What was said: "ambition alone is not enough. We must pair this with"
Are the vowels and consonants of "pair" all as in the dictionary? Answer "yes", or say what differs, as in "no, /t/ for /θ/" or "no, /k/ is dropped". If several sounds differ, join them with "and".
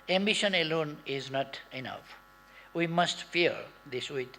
no, /f/ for /p/